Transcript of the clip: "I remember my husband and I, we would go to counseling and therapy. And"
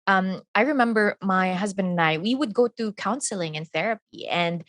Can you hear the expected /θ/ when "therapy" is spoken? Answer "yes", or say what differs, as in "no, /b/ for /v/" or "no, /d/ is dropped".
yes